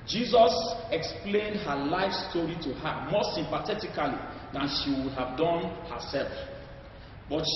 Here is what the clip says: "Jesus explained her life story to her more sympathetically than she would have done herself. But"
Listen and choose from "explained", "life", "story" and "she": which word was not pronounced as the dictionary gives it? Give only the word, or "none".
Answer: none